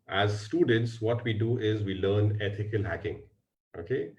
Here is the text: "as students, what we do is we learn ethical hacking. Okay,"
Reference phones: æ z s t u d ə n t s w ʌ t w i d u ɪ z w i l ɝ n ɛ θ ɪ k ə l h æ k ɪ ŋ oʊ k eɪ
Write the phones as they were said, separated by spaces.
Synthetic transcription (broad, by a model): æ z s t u d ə n t s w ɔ t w i d u ɪ z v i l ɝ n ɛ t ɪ k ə l h æ k ɪ ŋ oʊ k eɪ